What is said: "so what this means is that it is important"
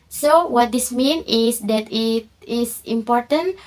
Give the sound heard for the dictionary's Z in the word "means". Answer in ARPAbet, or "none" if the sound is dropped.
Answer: none